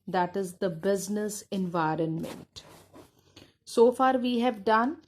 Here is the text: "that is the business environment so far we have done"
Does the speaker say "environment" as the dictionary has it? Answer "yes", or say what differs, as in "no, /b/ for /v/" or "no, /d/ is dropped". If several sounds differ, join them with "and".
yes